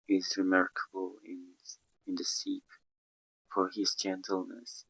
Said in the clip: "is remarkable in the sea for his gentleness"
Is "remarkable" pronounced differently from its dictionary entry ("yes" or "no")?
yes